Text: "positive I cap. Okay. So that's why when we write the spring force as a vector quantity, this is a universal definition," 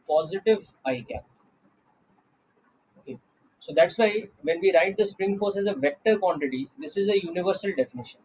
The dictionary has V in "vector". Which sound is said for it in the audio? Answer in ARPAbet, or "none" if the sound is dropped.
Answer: V